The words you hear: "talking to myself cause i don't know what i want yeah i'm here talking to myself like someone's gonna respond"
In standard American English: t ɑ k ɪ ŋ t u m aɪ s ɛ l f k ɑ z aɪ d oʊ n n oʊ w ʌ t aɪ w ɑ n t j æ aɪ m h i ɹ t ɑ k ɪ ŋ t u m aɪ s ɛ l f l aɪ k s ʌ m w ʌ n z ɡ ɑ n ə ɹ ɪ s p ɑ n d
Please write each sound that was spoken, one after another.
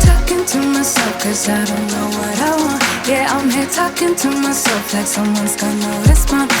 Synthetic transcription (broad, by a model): t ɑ k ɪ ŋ t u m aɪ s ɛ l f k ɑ s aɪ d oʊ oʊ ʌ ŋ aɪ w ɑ t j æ aɪ m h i t ɑ k ɪ ŋ t u m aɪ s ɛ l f l aɪ k s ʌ m w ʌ n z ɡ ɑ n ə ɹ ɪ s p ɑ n